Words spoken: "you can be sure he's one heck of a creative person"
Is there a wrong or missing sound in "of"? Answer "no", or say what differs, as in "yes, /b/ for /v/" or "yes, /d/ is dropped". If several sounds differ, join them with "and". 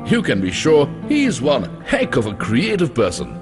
no